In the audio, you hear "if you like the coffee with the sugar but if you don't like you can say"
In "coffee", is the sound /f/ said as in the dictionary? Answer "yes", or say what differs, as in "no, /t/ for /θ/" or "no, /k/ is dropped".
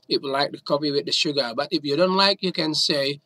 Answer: no, /p/ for /f/